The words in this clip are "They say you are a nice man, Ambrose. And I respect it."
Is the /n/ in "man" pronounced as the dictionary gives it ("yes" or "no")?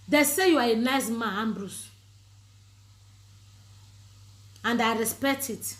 no